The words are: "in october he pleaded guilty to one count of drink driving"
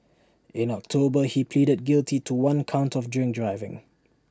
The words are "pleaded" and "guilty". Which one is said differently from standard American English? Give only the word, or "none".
none